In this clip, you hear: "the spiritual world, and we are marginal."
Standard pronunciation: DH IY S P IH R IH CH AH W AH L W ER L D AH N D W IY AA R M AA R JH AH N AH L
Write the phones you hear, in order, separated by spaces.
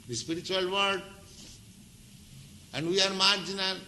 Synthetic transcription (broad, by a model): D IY S P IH R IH CH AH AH L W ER D AH N D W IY AA R M AA R JH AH N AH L